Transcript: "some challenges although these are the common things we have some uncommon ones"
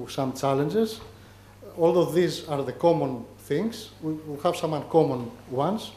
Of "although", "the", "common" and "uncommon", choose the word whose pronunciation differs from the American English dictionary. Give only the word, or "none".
none